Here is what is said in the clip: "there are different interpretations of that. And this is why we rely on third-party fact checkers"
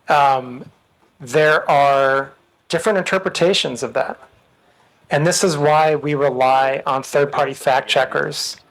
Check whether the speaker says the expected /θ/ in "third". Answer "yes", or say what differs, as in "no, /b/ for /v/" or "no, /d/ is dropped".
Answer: yes